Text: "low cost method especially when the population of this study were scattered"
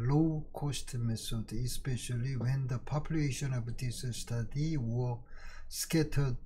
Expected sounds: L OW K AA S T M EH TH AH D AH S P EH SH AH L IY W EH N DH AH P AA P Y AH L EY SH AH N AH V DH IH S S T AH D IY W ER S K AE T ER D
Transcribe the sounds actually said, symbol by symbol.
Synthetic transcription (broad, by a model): L OW K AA S T M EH S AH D AH S P EH SH AH L IY W EH N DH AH P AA P Y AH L EY SH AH N AH V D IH S S T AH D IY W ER S K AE T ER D